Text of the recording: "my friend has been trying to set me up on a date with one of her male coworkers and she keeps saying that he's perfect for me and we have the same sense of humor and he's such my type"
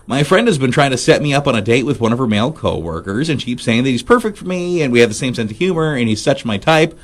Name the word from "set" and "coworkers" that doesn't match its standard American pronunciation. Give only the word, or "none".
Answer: none